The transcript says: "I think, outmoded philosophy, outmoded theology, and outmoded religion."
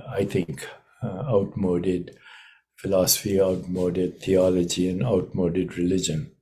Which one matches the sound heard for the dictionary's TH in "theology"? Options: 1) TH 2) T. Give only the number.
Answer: 2